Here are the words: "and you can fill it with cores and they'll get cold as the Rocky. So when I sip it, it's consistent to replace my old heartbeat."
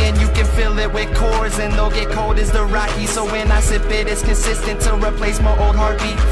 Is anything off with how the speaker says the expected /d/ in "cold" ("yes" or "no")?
no